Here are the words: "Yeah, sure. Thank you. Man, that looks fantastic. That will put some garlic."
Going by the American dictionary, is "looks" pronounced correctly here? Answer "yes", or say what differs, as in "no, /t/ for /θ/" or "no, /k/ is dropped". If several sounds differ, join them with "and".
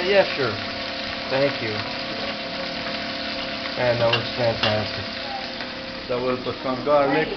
no, /w/ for /l/